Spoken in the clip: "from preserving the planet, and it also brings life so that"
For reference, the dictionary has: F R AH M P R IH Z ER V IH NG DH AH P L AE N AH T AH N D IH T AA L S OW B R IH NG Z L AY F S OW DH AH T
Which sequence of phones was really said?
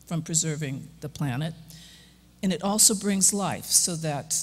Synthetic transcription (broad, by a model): F R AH M P R IH Z ER V IH NG DH AH P L AE N AH T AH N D T AA L S OW B R IH NG Z L AY F S OW DH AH T